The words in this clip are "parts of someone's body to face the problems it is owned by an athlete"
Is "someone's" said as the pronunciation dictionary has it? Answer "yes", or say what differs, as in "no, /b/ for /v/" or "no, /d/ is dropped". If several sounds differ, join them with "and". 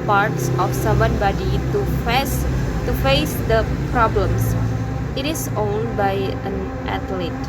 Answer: no, /z/ is dropped